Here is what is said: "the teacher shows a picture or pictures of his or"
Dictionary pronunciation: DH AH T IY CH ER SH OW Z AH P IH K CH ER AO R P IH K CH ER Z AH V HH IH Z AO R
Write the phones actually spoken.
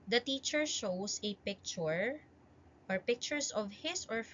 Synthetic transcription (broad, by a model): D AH T IY CH ER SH OW S AH P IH K CH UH AO R P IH K CH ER S AH V HH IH S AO R